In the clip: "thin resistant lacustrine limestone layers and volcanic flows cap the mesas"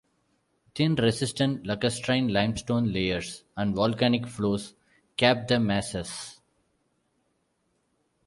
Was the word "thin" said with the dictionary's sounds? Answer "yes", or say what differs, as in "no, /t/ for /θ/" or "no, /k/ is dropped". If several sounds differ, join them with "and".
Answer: no, /t/ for /θ/